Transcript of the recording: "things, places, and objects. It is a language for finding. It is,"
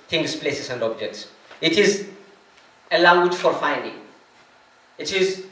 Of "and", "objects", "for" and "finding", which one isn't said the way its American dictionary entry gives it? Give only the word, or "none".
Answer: none